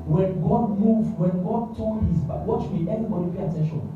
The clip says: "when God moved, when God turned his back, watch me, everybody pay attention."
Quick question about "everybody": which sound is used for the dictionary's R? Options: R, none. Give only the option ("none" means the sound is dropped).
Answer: none